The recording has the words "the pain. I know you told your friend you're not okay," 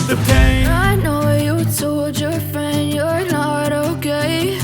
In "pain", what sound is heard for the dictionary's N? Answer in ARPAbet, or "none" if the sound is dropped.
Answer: none